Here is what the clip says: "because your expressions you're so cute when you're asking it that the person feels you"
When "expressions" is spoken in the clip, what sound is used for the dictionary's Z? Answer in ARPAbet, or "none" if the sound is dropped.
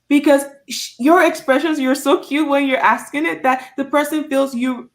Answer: Z